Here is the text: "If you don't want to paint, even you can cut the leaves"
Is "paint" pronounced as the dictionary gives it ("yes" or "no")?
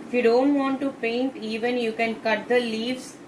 yes